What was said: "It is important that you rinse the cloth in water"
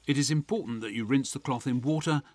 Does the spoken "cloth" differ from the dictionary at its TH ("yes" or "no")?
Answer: no